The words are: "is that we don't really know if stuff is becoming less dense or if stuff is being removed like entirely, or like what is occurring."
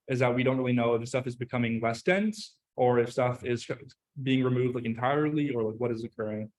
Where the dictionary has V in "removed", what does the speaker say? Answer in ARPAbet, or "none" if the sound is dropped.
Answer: V